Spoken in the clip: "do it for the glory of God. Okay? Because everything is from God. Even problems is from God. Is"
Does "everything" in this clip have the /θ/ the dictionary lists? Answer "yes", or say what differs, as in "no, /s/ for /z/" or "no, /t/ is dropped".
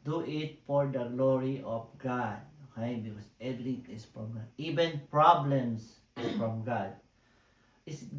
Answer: no, /t/ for /θ/